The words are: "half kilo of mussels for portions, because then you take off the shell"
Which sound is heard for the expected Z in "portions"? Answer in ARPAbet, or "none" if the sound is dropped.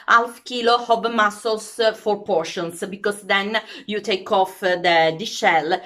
S